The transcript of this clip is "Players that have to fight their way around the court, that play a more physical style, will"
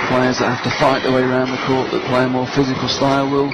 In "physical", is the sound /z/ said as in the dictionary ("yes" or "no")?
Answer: yes